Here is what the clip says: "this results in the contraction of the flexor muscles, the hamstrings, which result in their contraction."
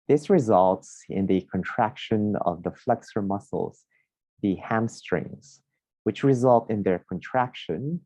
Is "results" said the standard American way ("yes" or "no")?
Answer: yes